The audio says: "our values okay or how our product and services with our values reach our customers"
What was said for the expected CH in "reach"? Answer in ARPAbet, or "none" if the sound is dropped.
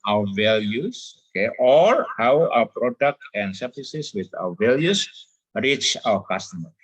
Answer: CH